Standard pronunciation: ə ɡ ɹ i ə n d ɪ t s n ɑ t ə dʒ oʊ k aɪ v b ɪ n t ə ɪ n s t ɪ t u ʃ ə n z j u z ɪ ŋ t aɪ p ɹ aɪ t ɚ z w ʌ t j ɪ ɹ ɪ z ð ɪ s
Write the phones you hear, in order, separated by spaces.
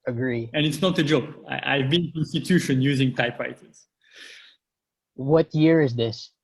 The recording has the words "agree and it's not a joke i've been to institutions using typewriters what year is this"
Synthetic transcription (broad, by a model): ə ɡ ɹ i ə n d ɪ t s n ɑ t ə dʒ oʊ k aɪ v b ɪ n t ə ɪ n s t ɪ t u ʃ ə n j u z ɪ ŋ t aɪ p ɹ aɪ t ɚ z w ʌ t j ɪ ɹ ɪ z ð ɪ s